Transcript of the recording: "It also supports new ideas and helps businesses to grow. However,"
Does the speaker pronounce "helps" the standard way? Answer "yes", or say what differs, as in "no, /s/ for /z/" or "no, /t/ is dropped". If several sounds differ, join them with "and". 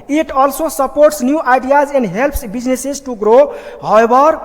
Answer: yes